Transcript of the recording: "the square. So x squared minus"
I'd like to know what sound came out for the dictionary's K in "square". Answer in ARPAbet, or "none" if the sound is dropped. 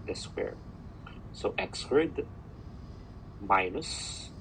none